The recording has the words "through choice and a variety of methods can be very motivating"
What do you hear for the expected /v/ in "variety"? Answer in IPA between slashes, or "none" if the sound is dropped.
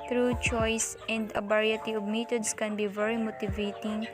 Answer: /b/